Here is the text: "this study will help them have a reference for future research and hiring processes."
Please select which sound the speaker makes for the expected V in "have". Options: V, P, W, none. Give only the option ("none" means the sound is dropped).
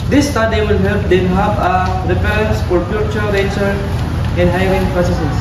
P